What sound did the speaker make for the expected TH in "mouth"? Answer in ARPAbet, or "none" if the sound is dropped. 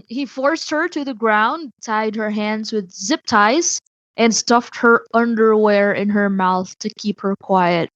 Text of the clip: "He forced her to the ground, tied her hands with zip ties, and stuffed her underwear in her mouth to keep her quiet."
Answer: TH